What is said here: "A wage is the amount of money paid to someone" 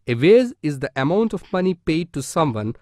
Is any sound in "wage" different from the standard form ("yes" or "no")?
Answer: yes